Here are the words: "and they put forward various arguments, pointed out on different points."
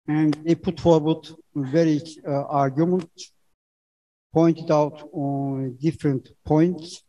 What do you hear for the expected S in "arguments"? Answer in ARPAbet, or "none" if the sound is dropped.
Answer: none